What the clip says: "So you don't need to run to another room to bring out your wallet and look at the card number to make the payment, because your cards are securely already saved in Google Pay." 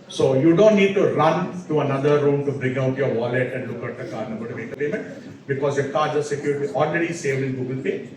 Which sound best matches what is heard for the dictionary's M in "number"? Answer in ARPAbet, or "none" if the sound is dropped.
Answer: none